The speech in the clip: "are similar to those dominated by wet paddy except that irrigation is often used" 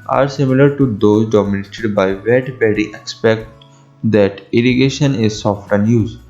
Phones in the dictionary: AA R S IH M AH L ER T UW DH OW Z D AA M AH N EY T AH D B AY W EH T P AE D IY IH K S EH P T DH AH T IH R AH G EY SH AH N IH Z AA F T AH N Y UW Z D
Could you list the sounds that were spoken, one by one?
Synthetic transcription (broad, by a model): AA R S IH M AH L ER T UW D OW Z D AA M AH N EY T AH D B AY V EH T B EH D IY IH K S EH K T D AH T IH R AH G EY SH AH N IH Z AA F T AH N Y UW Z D